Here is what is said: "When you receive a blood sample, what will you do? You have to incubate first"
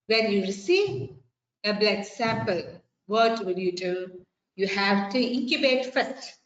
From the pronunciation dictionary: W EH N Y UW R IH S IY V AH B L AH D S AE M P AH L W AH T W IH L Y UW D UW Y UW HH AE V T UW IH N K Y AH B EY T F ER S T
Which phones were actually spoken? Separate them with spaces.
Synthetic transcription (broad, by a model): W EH N Y UW R IH S IY V AH B L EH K S AE M P AH L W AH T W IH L Y UW D UW Y UW HH AE V T UW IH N K Y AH B EY T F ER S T